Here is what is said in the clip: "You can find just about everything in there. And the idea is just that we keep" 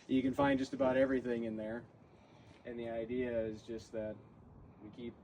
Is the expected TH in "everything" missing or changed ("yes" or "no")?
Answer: no